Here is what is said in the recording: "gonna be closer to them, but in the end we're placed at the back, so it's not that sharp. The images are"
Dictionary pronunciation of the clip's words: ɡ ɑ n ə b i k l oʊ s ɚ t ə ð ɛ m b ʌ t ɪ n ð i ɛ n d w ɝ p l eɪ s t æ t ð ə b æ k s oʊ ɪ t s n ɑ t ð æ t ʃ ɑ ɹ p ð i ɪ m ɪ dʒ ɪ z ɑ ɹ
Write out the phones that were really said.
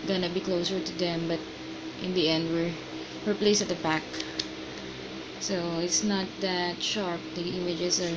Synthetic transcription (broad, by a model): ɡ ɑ n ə b i k l oʊ s ɚ t ə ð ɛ m b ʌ t ɪ n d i ɛ n d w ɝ p l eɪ s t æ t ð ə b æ k s oʊ ɪ t s n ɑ t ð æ t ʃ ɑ ɹ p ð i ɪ m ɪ dʒ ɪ s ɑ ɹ